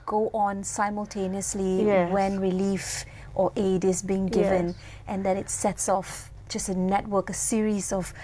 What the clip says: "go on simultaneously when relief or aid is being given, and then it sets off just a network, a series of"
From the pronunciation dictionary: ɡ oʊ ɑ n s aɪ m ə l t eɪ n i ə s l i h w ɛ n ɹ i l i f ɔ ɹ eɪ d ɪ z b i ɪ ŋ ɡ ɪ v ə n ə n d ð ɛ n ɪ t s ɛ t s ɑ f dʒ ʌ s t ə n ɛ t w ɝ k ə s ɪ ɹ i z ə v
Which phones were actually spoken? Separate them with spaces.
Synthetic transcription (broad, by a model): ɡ oʊ ɑ n s aɪ m ə l t eɪ n i ə s l i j w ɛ n ɹ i l i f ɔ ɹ eɪ d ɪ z b i ɪ ŋ ɡ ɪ v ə n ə n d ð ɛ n ɪ t s ɛ t s ɑ f dʒ ʌ s t ə n ɛ t w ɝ k ə s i ɹ i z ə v